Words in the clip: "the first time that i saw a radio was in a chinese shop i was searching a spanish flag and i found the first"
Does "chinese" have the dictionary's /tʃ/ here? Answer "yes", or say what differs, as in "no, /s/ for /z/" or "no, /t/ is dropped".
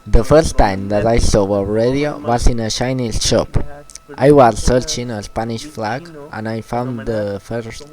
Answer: no, /ʃ/ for /tʃ/